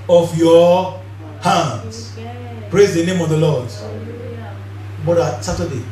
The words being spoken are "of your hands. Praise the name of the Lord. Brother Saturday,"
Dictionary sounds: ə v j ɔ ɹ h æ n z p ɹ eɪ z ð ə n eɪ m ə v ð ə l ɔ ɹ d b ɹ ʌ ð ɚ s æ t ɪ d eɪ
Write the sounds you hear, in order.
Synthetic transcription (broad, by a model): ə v j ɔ h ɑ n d p ɹ eɪ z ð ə n eɪ m ə v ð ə l ɔ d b ɔ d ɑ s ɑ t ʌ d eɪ